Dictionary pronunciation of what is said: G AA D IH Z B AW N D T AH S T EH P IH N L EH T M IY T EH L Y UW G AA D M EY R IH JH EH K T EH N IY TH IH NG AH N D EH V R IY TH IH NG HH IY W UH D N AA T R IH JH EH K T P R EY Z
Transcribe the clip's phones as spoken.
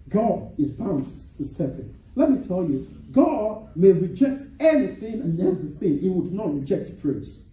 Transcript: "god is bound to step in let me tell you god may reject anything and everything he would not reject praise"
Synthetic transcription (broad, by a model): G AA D IH Z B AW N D T AH S T EH P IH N L EH T M IY T EH L Y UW G AA D M EY R IH JH EH K T EH N IY TH IH NG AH N EH V R IY TH IH NG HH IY W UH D N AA T R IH JH EH K T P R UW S